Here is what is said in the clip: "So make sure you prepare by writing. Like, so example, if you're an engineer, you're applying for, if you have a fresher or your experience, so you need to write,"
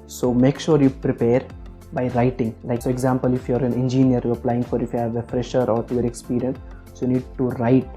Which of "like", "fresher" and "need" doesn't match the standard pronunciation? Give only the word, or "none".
none